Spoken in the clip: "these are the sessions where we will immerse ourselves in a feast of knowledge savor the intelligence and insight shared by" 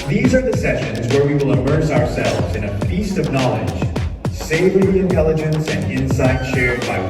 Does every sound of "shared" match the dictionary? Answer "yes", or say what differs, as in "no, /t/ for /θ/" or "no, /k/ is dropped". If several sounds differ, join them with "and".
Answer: yes